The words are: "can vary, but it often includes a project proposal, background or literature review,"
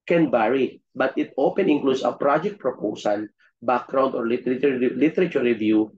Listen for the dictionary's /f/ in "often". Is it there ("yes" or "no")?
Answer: no